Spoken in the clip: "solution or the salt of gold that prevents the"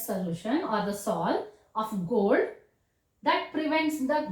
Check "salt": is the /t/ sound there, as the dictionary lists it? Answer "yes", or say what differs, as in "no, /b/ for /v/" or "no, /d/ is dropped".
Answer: no, /t/ is dropped